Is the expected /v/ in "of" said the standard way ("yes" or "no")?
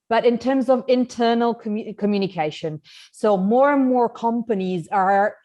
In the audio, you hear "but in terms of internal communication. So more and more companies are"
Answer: yes